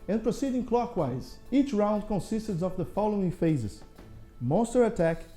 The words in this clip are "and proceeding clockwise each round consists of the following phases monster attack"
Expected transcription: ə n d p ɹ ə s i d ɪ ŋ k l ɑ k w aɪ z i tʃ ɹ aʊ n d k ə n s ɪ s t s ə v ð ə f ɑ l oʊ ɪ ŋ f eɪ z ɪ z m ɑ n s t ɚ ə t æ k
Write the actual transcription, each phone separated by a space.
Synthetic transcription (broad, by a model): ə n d p ɹ ə s i d ɪ ŋ k l ɑ k w aɪ z i tʃ ɹ aʊ n d k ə n s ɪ s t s ə v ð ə f ɑ l oʊ ɪ ŋ f eɪ z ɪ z m ɑ n s t ɚ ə t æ k